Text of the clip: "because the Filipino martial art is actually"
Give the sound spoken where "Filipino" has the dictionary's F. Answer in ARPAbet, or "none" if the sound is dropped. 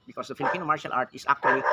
F